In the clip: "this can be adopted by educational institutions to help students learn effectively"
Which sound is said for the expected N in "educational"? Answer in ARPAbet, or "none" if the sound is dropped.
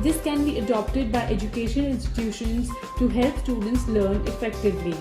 none